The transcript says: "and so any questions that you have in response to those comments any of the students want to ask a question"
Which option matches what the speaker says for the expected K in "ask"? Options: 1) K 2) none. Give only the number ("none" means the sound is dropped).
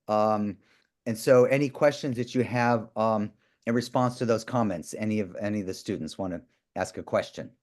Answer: 1